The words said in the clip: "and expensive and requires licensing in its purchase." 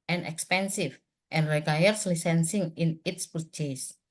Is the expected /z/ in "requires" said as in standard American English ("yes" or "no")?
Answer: no